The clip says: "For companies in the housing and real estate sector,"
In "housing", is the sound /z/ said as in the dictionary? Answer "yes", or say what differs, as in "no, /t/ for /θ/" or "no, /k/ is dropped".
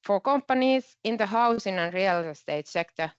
no, /s/ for /z/